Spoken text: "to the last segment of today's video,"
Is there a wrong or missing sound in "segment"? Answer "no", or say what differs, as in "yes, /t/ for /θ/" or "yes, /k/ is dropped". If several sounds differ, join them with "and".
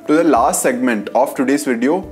no